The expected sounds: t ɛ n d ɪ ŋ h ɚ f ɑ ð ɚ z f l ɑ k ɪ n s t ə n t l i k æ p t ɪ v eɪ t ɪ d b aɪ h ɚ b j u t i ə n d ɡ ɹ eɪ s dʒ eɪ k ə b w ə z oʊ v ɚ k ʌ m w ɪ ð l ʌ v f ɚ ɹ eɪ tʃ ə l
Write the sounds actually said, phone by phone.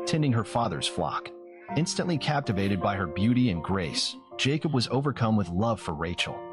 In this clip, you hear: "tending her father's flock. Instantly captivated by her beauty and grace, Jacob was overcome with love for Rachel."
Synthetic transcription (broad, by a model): t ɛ n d ɪ ŋ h ɚ f ɑ ð ɚ z f l ɑ k ɪ n s t ə n t l i k æ p t ɪ v eɪ t ɪ d b aɪ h ɚ b j u t i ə n ɡ ɹ eɪ s dʒ eɪ k ə b w ə z oʊ v ɚ k ʌ m w ɪ ð l ʌ v f ɚ ɹ eɪ tʃ l